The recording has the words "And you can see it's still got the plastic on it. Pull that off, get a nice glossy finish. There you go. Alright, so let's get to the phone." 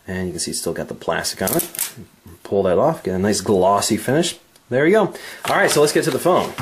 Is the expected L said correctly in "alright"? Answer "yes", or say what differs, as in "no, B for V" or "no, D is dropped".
yes